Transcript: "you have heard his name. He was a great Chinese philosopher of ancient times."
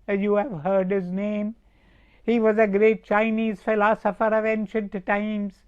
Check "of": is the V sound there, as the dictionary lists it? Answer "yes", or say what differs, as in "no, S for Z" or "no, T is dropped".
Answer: yes